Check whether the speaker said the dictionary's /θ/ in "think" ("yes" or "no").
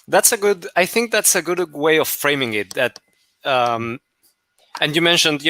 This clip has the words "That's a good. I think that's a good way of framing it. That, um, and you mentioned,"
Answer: yes